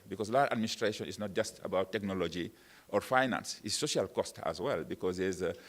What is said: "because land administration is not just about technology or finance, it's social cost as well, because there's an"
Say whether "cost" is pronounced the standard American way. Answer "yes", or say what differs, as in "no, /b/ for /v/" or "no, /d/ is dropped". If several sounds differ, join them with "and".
yes